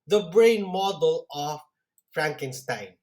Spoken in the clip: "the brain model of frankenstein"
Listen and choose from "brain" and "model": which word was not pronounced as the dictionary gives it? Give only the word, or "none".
none